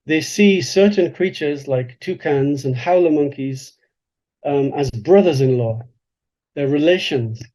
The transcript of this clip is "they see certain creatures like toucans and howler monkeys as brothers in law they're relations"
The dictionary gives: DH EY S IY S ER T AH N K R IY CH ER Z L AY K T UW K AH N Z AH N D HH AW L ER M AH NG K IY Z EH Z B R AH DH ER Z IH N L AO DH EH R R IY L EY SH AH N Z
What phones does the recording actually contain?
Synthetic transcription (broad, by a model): DH EY S IY S ER T N K R IY CH ER Z L AY K T UW K AH N Z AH N HH AW L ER M AH NG K IY Z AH Z B R AH DH ER Z IH N L AO DH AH R R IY L EY SH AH N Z